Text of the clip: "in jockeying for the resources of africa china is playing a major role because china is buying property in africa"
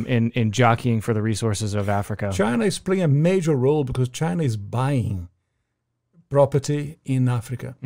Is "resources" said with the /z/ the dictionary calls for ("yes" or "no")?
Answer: yes